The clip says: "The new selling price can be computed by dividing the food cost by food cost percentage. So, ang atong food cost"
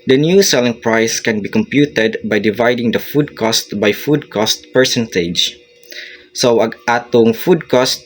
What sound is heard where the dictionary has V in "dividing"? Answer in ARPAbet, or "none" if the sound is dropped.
V